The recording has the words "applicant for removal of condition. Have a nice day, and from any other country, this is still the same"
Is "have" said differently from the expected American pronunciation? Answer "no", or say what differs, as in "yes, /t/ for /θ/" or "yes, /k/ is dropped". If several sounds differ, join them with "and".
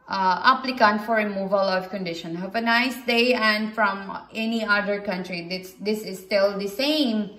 yes, /p/ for /v/